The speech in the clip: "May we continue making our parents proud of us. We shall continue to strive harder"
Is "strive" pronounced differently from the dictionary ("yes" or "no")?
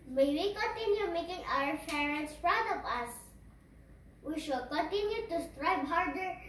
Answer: yes